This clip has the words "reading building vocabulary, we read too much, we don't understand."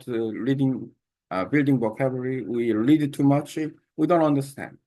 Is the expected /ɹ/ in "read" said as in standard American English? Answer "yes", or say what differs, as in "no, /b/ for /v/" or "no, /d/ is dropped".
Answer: no, /l/ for /ɹ/